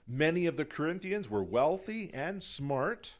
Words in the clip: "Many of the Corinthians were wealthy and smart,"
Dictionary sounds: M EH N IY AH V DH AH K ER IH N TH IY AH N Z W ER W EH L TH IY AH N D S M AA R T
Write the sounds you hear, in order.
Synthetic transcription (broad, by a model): M EH N IY AH V DH AH K ER IH N TH IY AH N Z W ER W EH L TH IY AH N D S M AA R T